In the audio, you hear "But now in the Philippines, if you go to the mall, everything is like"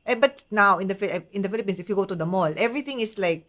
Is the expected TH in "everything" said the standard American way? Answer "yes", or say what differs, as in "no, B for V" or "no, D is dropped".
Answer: no, T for TH